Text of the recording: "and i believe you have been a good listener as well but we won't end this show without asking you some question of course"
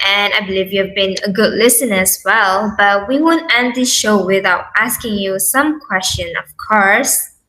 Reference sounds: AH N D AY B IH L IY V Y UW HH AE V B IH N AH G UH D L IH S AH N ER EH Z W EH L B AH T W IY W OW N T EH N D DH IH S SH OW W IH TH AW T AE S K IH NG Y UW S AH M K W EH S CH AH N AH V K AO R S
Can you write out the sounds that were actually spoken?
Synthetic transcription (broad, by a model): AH N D AY B IH L IY V Y UW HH V B IH N AH G UH D L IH S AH N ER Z W EH L B AH T W IY W OW N T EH N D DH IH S SH OW W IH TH AW T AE S K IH NG Y UW S AH M K W EH S CH AH N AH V K AO R S